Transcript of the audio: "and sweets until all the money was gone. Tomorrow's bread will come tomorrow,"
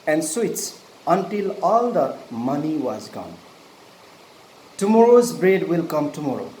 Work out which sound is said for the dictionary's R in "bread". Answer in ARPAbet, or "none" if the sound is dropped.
R